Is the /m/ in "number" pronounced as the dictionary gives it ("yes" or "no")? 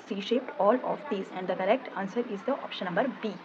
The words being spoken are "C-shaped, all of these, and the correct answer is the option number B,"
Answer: yes